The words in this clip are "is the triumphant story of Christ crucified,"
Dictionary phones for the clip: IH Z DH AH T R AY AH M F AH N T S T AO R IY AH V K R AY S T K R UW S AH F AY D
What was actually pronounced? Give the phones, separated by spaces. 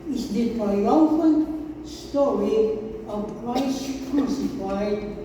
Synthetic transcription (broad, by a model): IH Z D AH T AY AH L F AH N S T AO R IY AH V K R AY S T K R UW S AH F AY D